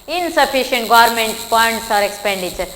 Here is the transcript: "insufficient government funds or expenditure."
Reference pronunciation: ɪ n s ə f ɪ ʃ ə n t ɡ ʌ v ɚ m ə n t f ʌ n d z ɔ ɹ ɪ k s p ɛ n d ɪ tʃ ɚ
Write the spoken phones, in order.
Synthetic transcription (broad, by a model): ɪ n s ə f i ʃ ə n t ɡ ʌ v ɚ m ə n t p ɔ n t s ɔ ɹ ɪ k s p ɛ n d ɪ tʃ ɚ